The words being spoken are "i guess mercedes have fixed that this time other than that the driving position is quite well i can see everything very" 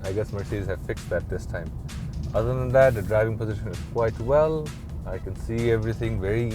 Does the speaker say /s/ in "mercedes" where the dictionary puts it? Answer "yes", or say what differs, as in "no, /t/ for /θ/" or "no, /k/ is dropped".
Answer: no, /s/ is dropped